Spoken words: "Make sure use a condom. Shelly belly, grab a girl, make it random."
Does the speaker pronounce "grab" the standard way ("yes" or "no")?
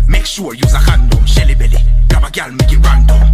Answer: no